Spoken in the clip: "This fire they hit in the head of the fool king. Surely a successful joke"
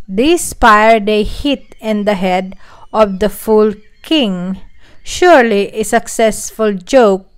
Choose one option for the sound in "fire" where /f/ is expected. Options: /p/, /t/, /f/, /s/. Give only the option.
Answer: /p/